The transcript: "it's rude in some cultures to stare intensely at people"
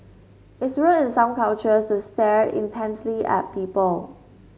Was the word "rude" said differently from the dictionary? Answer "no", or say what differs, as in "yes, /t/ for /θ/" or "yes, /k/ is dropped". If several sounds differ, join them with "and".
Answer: yes, /w/ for /ɹ/